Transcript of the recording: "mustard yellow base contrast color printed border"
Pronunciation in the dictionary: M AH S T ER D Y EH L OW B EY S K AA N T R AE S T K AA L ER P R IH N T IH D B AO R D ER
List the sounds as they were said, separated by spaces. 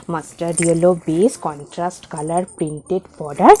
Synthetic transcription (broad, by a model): M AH S T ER D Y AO L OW B EY S K AA N T R AE S T K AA L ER P R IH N T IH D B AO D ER